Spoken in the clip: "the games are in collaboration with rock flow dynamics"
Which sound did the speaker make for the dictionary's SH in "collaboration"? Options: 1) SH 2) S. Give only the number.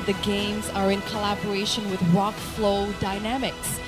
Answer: 1